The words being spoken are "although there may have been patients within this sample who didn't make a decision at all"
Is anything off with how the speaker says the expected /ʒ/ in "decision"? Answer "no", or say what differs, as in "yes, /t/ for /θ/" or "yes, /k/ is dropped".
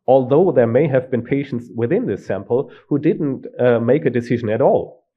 no